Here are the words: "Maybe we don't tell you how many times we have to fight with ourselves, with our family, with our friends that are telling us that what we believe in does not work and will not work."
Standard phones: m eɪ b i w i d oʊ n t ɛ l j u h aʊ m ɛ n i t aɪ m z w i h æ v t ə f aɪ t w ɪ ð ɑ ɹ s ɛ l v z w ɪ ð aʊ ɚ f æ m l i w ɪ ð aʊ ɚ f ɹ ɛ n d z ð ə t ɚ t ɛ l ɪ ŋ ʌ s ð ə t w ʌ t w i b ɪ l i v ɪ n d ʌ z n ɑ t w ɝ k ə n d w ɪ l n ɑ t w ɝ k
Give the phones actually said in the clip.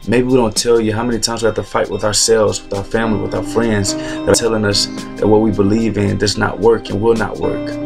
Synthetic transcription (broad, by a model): m eɪ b i w i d oʊ n t ɛ l j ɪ h aʊ m ɛ n i t aɪ m z w i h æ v t ə f aɪ t w ɪ ð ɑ ɹ s ɛ l v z w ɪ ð aʊ ɚ f æ m l i w ɪ ð aʊ ɚ f ɹ ɛ n d z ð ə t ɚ t ɛ l ɪ ŋ ʌ s ð ə t w ʌ t w i b ɪ l i v ɪ n d ʌ z n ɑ t w ɝ k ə n w ɪ l n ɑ t w ɝ k